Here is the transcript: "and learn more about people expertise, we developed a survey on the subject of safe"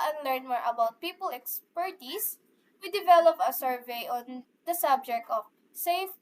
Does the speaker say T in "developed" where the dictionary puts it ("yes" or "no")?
no